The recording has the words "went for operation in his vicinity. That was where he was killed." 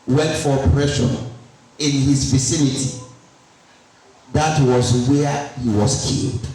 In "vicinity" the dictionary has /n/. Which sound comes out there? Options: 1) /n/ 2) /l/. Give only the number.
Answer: 1